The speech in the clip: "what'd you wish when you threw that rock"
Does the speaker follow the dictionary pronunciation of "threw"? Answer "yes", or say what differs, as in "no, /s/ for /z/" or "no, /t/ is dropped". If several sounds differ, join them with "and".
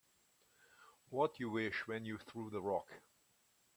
yes